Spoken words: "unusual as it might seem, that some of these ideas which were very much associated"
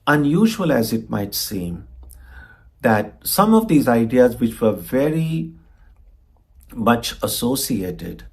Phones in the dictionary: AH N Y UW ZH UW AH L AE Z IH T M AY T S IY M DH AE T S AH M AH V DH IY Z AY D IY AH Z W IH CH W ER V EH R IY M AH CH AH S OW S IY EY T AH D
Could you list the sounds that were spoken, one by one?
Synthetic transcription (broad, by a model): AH N Y UW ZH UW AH L AE Z IH T M AY T S IY M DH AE T S AH M AH V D IY Z AY D IY AH Z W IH CH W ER V EH R IY M AH CH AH S OW S IY EY T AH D